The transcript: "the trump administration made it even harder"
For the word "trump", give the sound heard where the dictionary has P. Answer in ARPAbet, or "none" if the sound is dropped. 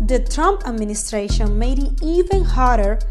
P